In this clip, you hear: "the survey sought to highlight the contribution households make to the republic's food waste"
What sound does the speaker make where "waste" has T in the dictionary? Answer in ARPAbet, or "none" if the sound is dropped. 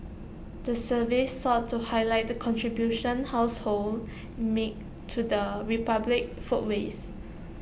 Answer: none